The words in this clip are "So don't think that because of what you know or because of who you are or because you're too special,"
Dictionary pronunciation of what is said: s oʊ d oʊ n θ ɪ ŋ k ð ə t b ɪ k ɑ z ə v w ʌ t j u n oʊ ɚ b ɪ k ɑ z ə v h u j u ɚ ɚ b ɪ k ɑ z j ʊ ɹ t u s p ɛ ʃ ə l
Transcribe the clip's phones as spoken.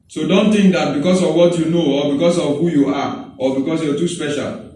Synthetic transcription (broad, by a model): s oʊ d oʊ n t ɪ ŋ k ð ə t b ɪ k ɑ s ə v w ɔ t j u n oʊ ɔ b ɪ k ɑ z ə v h u j u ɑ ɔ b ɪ k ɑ s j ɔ t u s p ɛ ʃ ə l